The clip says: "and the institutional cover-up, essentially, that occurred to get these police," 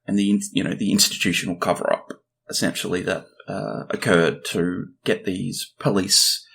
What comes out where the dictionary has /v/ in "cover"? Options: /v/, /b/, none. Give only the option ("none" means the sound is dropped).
/v/